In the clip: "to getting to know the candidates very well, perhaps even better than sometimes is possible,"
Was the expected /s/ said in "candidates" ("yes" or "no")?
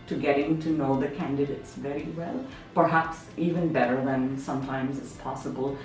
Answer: yes